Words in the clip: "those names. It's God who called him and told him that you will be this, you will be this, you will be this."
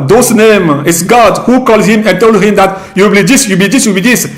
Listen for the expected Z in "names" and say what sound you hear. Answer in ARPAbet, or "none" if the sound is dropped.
none